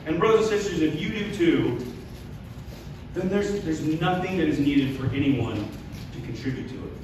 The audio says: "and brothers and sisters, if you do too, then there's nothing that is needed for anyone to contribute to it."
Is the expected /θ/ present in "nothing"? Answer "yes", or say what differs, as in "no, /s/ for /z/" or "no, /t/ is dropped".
yes